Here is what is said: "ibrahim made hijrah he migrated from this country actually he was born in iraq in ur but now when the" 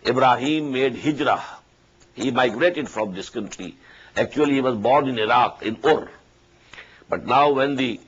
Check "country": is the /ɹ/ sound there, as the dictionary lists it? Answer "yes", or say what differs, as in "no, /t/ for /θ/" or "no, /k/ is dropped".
no, /l/ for /ɹ/